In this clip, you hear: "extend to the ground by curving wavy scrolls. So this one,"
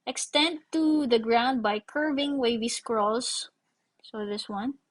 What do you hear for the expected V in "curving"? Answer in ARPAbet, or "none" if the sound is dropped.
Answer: V